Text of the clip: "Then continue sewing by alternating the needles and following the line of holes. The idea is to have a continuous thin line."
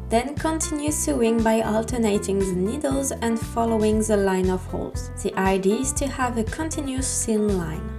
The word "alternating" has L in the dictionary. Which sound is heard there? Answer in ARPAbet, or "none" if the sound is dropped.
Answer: L